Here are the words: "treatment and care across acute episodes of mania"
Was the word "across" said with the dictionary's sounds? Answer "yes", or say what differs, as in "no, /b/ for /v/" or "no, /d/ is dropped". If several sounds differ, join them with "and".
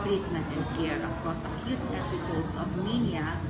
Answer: no, /ɹ/ is dropped